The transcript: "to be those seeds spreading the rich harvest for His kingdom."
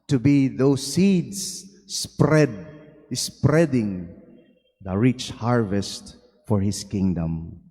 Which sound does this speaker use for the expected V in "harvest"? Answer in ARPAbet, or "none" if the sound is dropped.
V